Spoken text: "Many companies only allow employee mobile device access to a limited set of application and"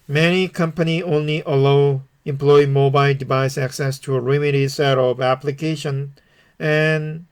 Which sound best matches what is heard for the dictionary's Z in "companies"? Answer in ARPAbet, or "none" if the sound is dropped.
none